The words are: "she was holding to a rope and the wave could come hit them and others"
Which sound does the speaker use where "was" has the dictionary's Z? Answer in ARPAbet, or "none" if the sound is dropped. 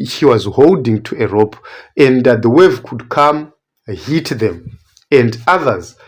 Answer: Z